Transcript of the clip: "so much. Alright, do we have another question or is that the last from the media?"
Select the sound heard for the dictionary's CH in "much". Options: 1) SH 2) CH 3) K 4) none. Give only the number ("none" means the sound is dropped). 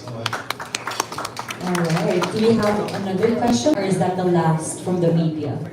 4